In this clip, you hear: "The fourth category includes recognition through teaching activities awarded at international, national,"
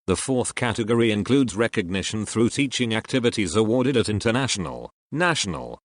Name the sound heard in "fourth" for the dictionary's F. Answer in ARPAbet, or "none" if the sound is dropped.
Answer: F